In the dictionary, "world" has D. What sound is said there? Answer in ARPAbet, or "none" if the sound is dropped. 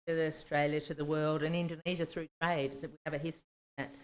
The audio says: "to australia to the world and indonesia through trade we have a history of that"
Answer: D